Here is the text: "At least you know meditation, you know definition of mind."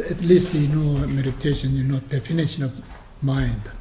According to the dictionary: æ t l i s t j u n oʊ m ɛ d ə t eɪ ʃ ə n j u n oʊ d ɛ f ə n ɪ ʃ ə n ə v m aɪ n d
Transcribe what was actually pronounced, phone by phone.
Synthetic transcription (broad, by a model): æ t l i s t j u n oʊ m ɛ d ə t eɪ ʃ ə n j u n oʊ d ɛ f ə n ɪ ʃ ə n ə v m aɪ n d